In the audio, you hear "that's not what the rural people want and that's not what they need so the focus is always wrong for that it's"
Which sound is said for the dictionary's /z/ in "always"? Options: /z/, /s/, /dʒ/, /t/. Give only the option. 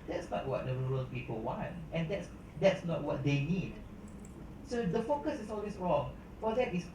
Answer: /s/